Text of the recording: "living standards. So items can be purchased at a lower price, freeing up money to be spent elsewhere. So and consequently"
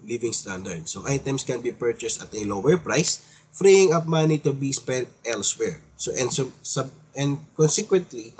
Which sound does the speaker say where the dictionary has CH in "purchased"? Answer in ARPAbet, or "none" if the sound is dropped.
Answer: CH